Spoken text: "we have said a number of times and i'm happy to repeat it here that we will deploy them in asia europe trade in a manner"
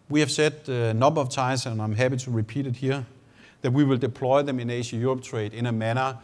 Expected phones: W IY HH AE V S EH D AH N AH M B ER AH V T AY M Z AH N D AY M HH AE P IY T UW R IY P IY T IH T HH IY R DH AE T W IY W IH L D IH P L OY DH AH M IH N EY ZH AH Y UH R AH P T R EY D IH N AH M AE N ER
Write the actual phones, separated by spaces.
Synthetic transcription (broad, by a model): W IY HH AE V S EH D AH N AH B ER AH V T AY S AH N AY M HH AE P IY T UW R IY P IY T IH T HH IY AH DH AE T W IY W IH L D IH P L OY DH AH M IH N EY SH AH Y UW R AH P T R EY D IH N AH M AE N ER